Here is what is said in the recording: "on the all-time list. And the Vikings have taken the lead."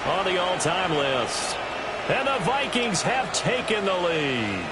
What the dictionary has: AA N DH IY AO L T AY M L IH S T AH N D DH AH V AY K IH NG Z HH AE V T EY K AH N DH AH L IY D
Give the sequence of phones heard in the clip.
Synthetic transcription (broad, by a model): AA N DH IY AO L T AY M L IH S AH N DH AH V AY K IH NG Z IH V T EY K AH N DH AH L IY